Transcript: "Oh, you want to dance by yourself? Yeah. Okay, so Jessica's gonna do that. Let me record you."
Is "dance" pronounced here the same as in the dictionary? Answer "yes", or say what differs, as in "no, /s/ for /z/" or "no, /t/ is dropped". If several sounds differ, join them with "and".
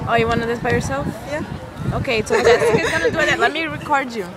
no, /n/ is dropped